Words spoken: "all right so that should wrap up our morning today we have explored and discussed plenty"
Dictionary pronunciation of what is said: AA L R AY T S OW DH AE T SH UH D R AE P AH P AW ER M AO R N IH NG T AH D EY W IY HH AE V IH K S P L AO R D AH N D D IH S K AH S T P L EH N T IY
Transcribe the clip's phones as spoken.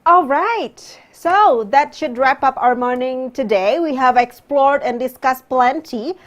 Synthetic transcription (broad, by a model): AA L R AY T S OW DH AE T SH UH D R AE P AH P AW ER M AO R N IH NG T AH D EY W IY HH AE V IH K S P L AO R D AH N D D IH S K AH S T P L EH N T IY